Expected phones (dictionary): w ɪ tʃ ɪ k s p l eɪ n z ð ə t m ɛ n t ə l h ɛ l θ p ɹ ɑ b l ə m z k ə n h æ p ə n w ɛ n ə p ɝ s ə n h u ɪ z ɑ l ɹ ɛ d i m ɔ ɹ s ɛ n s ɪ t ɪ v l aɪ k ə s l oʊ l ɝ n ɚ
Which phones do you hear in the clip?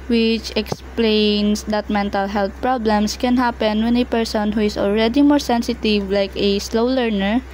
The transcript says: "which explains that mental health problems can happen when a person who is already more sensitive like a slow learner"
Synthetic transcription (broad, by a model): w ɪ tʃ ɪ k s p l eɪ n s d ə t m ɛ n t ə l h ɛ l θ p ɹ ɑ b l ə m s k ə n h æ p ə n w ɛ n ə p ɝ s ə n h u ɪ s ɑ l ɹ ɛ d i m ɔ ɹ s ɛ n s ɪ t ɪ v l aɪ k ə s l oʊ l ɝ n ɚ